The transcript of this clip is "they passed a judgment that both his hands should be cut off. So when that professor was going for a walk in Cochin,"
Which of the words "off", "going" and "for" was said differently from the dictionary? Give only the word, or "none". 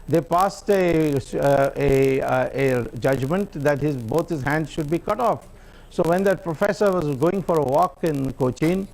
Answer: none